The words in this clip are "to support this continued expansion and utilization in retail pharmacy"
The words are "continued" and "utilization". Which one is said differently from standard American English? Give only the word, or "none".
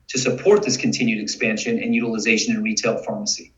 none